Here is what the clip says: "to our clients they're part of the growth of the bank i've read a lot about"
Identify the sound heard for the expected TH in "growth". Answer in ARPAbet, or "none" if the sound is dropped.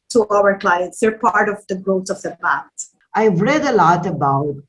T